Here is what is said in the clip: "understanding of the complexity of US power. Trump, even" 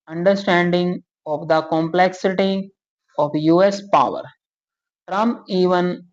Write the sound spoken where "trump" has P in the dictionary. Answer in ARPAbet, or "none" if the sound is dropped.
none